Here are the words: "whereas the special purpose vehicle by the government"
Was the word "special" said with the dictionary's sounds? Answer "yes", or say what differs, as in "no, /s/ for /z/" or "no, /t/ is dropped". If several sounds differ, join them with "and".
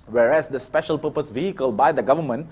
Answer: yes